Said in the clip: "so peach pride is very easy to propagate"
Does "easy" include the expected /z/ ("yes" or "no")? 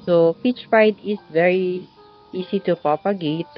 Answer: no